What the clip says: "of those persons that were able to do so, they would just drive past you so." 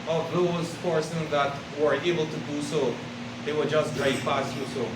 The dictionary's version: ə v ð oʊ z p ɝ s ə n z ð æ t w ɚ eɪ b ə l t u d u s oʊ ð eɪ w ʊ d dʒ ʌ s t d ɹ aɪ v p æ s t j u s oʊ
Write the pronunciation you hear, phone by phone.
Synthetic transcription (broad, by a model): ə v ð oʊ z f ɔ s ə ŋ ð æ t w ɚ eɪ b ə l t u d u s oʊ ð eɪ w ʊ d dʒ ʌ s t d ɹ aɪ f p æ s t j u s oʊ